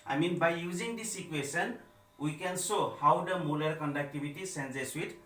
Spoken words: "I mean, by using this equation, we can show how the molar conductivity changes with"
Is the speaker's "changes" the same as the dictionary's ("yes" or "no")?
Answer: no